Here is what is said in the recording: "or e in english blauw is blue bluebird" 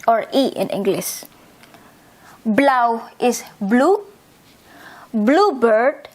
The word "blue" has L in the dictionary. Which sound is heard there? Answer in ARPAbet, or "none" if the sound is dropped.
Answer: L